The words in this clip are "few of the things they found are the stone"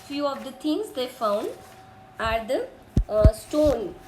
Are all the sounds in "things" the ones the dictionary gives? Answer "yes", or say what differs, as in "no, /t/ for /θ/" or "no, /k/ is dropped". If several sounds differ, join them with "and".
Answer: no, /t/ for /θ/